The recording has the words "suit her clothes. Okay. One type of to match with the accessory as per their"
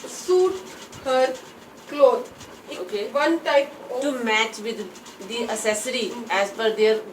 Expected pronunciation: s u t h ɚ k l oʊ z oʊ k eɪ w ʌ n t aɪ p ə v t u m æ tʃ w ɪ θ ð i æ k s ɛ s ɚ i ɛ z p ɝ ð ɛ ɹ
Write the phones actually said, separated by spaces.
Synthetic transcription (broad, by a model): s u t h ɚ k l oʊ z oʊ k eɪ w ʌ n t aɪ p t u m æ tʃ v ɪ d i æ s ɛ s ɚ i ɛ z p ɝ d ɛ ɹ